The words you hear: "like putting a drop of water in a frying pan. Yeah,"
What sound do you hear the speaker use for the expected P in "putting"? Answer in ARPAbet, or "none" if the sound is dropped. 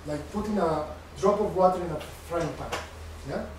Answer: F